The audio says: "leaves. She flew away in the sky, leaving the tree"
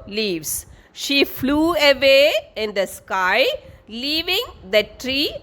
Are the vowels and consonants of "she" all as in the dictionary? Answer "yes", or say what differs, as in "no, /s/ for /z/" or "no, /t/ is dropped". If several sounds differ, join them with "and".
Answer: yes